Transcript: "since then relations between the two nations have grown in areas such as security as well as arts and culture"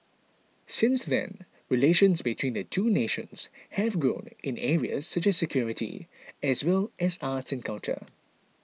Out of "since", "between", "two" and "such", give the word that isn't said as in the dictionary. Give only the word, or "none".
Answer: none